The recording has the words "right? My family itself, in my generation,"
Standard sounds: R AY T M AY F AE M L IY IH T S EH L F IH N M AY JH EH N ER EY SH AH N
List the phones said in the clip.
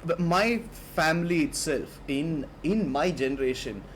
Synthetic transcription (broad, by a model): M AY F AE M L IY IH T S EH L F IH N M AY JH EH N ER EY SH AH N